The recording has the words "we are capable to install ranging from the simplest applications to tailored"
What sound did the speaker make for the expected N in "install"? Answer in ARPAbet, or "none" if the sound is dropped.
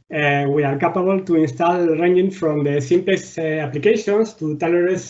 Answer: N